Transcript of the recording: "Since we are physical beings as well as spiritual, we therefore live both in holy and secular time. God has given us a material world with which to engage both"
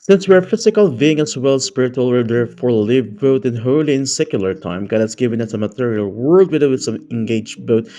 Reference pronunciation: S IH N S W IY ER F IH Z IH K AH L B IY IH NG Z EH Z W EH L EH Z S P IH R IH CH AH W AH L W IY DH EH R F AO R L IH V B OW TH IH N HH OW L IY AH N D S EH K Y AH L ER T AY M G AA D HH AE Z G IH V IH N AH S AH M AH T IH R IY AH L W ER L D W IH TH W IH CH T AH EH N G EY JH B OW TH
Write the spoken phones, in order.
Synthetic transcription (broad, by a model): S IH N S W IY ER F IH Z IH K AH L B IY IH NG EH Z W EH L S P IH R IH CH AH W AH L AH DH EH R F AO R L IH V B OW T IH N HH OW L IY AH N S EH K Y AH L ER T AY M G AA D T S G IH V IH N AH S AH M AH T IH R IY AH L W ER L D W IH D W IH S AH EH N G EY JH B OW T